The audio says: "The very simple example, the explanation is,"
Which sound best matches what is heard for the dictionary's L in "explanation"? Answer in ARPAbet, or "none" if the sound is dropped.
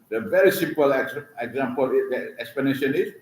none